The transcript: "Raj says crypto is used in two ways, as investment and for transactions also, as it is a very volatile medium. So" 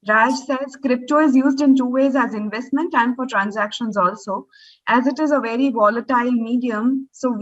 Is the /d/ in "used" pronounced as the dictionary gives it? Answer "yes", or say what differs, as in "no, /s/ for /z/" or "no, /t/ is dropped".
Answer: yes